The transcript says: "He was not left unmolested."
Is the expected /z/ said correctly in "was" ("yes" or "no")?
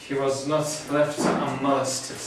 yes